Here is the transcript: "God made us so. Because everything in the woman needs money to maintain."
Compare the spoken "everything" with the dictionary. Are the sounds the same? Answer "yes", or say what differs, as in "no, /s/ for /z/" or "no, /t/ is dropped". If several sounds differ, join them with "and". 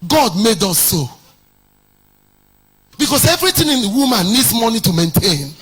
no, /t/ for /θ/